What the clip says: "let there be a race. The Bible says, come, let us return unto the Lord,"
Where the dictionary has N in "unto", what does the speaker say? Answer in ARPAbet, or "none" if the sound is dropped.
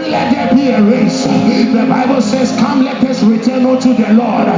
none